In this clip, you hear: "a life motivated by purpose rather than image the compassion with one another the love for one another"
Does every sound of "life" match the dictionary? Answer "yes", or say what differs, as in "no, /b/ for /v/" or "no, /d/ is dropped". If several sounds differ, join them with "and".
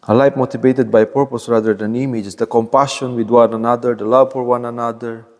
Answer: no, /p/ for /f/